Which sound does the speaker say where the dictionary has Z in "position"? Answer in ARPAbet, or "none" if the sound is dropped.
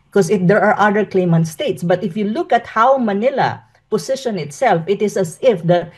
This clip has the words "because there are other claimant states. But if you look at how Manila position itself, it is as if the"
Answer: S